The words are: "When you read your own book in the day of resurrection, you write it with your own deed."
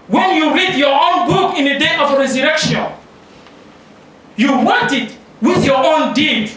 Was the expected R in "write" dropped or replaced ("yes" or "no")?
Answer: yes